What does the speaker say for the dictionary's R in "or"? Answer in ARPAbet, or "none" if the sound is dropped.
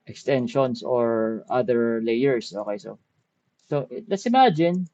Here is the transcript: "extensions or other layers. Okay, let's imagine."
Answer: R